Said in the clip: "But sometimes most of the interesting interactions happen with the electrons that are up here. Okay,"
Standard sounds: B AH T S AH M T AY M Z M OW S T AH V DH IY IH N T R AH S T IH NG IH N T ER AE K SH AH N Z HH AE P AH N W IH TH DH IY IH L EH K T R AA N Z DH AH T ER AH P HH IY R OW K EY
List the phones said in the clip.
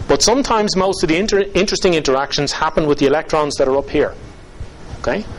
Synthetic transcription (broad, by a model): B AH T S AH M T AY M Z M OW S T AH V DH IY IH N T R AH S T IH NG IH N T ER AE K SH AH N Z HH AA P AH N W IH DH IY IH L EH K T R AA N Z DH AH T ER AH P HH IY R OW K EY